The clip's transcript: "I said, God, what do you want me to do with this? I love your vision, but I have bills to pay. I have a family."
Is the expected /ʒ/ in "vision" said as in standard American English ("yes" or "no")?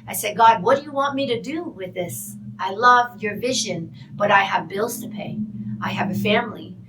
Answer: yes